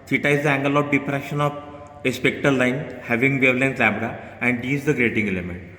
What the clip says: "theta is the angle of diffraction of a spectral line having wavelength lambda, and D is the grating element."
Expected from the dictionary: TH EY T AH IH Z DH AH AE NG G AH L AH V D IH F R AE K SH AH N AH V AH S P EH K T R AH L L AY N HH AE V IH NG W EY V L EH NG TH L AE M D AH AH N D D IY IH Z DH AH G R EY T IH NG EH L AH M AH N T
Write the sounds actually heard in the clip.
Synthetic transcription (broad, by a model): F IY T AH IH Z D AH AE NG G AH L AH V D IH P R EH SH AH N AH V AH S P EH K T AH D L AY N HH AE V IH NG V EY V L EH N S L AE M D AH AH N D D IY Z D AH G R EY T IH NG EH L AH M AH N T